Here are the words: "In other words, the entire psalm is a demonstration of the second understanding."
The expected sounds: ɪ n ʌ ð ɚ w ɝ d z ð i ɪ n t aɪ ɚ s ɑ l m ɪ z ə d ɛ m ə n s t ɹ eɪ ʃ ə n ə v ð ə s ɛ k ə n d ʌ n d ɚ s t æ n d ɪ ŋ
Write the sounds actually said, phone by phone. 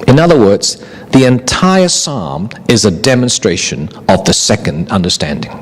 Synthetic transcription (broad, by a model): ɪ n ʌ ð ɚ w ɝ d z ð i ɪ n t aɪ ɚ s ɑ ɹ m ɪ z ə d ɛ m ə n s t ɹ eɪ ʃ ə n ə v ð ə s ɛ k ə n d ʌ n d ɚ s t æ n d ɪ ŋ